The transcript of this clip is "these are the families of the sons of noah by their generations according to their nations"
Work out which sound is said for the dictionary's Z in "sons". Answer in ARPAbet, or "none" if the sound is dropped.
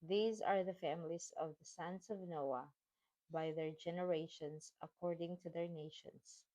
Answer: S